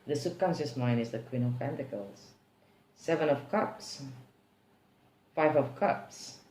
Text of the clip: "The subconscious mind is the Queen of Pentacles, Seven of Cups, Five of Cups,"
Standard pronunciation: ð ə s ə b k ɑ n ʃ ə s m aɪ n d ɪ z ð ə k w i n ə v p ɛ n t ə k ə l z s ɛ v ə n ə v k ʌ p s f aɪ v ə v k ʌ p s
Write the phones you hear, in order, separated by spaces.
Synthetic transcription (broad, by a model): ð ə s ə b k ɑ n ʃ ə s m aɪ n ɪ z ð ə k w i n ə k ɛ n t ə k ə l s s ɛ v ə n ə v k ʌ p s f aɪ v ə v k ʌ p s